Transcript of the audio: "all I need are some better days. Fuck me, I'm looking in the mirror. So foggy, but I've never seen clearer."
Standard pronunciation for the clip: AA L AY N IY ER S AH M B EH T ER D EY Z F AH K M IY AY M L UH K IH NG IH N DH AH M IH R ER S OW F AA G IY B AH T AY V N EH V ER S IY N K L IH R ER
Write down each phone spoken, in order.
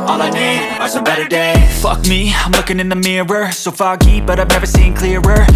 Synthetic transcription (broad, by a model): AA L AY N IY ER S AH B EH T ER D EY F AH K M IY AY M L UH K IH NG IH N DH AH M IH R ER S OW F AA G IY B AH T AY V N EH V ER S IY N K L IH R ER